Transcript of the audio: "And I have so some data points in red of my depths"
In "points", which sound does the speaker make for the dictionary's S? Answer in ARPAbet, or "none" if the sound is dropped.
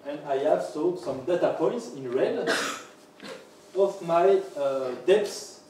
S